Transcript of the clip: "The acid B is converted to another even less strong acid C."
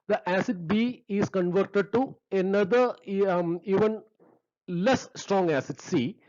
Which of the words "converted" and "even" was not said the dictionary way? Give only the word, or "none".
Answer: none